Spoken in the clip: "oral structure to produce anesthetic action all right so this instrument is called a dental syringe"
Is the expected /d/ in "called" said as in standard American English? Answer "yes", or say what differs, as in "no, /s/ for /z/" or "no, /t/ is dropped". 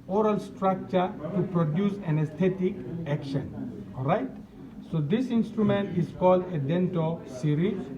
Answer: yes